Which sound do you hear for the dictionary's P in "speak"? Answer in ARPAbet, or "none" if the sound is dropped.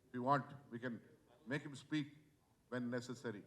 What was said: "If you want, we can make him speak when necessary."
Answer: P